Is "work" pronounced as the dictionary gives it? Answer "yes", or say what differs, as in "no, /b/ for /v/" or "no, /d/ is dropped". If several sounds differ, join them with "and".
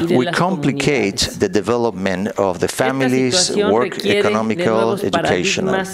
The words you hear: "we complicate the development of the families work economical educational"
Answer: yes